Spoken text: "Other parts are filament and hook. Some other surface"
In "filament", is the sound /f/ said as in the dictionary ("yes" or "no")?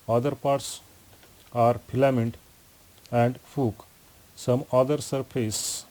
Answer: no